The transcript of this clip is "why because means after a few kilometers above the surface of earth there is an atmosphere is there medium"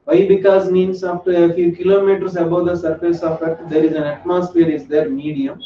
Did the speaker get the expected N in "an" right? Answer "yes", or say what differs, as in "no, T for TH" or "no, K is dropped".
yes